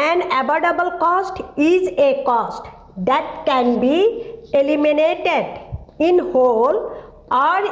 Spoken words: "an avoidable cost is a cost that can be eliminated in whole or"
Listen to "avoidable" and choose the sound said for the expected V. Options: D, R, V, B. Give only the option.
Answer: B